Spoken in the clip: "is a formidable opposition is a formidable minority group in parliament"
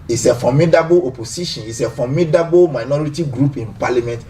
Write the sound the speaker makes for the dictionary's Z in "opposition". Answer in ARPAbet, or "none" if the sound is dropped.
S